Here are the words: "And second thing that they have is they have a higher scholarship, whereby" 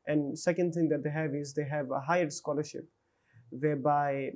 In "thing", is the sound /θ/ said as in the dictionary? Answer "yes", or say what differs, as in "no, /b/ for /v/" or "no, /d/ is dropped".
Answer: no, /t/ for /θ/